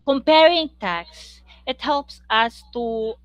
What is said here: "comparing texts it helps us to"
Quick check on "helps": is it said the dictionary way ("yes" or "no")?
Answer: yes